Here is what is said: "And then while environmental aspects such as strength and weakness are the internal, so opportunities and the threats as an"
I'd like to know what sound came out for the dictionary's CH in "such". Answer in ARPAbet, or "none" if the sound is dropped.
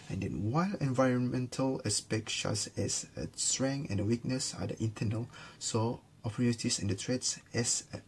S